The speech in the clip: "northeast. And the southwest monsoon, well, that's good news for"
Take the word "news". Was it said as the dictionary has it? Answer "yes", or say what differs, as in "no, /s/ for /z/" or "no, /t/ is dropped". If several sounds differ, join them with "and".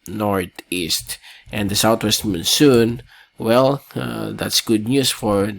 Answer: no, /s/ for /z/